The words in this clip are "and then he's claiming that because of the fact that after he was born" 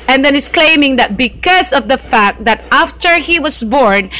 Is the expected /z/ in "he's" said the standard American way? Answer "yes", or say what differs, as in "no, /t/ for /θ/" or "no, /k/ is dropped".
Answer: no, /s/ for /z/